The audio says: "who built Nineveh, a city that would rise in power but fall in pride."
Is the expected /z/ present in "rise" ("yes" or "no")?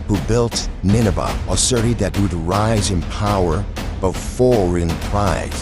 yes